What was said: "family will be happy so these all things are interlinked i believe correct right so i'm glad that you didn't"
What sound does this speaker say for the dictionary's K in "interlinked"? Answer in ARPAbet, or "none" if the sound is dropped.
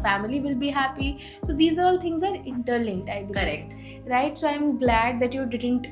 none